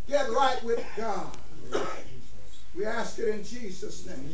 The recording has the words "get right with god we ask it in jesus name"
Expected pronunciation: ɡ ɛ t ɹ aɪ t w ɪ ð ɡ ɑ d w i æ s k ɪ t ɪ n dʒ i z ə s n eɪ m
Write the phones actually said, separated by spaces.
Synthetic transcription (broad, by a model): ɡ ɛ t ɹ aɪ t w ɪ ð ɡ ɑ d w i æ s k ɪ t ɪ n dʒ i z ə s n eɪ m